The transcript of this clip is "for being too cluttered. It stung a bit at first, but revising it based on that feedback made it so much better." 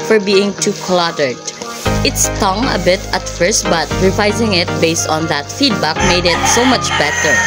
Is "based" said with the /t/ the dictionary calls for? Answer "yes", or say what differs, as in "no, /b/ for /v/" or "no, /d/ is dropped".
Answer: yes